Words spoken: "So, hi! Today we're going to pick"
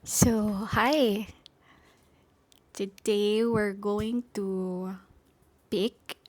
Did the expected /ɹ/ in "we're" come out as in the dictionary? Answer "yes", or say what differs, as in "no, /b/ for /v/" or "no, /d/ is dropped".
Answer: yes